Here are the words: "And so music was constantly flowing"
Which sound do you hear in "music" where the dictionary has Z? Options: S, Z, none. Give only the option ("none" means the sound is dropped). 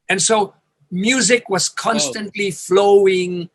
Z